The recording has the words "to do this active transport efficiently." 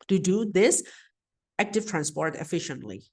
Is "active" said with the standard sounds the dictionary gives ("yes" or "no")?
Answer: yes